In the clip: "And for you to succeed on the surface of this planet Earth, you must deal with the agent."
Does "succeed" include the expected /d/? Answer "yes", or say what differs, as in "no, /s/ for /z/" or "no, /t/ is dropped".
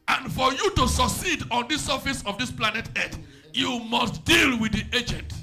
yes